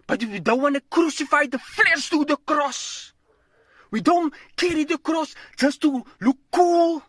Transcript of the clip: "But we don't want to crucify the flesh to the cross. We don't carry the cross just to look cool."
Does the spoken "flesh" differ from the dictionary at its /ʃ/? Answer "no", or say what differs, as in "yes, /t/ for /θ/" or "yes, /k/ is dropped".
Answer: yes, /s/ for /ʃ/